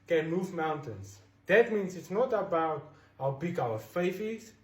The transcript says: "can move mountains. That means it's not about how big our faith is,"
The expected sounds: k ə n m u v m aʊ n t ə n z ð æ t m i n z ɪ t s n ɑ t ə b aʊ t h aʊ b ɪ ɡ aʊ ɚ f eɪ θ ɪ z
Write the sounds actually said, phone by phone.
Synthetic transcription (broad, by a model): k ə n m u v m aʊ n t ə n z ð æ t m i n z ɪ t s n ɑ t ə b aʊ t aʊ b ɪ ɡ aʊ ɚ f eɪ f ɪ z